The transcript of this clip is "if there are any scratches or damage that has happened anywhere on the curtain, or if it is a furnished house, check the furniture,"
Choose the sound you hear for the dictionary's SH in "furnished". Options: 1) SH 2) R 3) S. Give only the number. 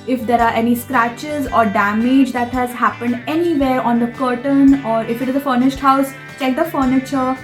1